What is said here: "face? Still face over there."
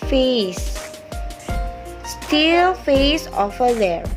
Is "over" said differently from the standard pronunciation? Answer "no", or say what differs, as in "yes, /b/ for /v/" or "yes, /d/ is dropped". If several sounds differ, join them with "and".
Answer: yes, /f/ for /v/